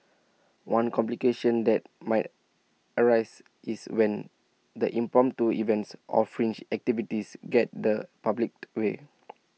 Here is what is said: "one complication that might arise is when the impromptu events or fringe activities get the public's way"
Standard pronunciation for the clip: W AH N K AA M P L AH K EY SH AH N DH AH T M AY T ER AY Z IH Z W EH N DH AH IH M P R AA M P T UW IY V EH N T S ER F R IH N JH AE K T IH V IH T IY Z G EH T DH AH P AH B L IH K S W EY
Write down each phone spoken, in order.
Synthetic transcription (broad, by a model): W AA N K AA M P L AH K EY SH AH N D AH T M AY T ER AY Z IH S W EH N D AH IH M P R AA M T UW IY V EH N T S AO F R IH N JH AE K T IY V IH T IY S G EH T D AH P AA B L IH K W EY